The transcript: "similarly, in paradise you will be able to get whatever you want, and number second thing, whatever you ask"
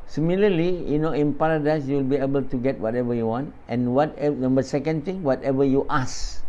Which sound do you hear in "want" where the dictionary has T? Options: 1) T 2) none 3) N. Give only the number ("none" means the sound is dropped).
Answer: 1